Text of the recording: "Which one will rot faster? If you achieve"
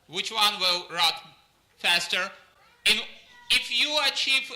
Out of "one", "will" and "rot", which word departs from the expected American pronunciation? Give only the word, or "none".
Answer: none